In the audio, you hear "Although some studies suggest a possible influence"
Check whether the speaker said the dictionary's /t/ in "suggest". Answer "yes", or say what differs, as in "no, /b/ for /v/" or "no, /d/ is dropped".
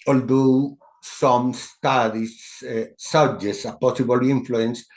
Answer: no, /t/ is dropped